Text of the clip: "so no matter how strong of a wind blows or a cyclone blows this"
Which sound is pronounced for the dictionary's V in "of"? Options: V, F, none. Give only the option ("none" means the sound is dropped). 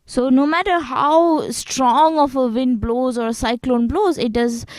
F